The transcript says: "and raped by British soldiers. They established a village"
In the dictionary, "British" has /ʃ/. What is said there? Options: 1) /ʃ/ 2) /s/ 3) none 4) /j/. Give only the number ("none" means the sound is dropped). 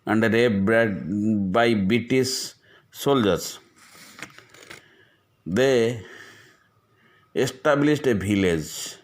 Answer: 2